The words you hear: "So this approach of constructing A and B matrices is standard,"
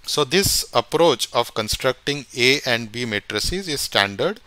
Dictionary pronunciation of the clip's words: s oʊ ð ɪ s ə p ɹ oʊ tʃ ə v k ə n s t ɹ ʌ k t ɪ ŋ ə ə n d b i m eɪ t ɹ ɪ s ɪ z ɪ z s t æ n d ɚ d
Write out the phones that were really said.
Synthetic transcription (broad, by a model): s oʊ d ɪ s ə p ɹ oʊ tʃ ə v k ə n s t ɹ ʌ k t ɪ ŋ ə ə n d b i m eɪ t ɹ ɪ s ɪ z ɪ z s t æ n d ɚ d